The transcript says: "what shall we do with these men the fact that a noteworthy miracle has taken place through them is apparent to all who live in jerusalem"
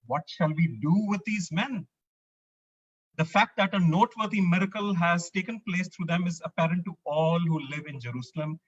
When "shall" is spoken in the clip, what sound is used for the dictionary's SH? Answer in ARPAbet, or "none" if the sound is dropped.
SH